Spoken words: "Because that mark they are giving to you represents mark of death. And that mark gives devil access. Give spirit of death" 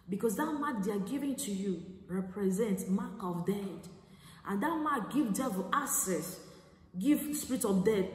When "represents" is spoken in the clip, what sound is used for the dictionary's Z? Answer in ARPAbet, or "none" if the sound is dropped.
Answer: Z